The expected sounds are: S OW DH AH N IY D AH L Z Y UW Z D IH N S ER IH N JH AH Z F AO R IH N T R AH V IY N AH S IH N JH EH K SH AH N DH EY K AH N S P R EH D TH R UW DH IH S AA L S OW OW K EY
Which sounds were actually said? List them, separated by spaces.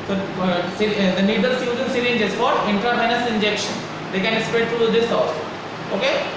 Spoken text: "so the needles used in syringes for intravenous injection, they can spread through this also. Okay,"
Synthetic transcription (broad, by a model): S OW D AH N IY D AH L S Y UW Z IH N S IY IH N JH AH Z F AO R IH N T R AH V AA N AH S IH N JH EH K SH AH N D EY K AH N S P EH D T R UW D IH S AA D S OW OW K EY